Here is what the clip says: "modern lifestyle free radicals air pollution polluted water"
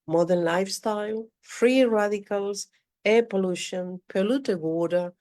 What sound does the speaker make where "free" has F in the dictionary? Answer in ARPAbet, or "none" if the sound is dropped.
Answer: F